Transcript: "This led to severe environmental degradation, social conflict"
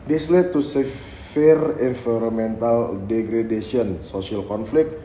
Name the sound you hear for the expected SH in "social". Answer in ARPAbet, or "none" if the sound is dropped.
S